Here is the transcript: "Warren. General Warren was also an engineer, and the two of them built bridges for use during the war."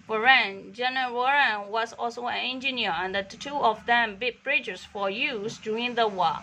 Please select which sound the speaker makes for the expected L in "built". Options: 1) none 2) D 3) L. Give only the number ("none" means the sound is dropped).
1